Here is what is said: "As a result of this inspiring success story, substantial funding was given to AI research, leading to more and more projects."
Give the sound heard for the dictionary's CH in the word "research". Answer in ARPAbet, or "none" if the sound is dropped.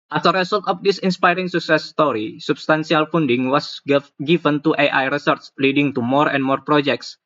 S